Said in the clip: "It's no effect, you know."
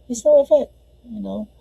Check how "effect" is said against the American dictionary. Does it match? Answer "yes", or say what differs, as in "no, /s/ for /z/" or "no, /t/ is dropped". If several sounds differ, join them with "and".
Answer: no, /k/ is dropped